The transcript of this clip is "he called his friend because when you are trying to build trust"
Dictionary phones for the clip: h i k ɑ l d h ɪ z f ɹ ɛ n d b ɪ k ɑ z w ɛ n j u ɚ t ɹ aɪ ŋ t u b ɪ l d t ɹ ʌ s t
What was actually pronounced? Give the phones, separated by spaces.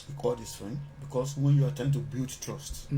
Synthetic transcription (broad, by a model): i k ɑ d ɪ s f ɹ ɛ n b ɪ k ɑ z w ɛ n j u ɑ t ɛ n t u b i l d t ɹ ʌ s t